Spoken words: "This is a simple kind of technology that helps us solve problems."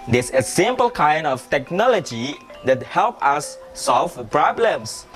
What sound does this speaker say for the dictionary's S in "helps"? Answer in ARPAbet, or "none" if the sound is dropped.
none